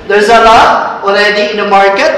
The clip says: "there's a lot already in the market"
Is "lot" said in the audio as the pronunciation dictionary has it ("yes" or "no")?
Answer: no